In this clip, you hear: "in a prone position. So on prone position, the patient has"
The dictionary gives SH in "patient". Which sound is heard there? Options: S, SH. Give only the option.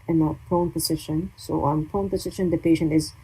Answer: SH